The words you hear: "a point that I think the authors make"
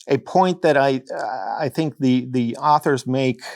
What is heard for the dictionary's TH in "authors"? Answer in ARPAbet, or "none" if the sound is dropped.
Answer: TH